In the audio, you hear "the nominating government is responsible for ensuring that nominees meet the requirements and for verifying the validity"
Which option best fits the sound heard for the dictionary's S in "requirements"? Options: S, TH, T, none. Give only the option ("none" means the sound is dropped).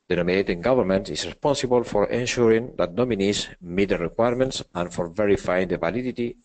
S